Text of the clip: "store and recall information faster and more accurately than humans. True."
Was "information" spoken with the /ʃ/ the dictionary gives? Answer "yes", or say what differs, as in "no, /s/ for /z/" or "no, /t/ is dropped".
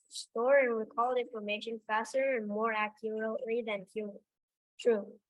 yes